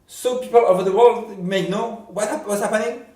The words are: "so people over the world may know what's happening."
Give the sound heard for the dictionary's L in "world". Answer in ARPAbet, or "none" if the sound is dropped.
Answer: L